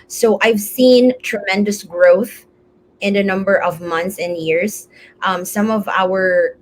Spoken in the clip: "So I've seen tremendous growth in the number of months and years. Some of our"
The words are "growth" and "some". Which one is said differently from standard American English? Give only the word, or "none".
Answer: none